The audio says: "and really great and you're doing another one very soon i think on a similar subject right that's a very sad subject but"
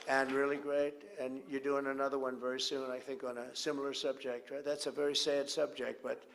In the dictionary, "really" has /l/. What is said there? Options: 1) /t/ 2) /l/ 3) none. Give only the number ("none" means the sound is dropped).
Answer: 2